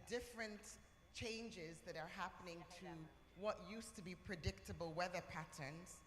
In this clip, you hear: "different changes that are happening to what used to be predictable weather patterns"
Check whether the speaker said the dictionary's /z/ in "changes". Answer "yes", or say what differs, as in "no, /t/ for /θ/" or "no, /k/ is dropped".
yes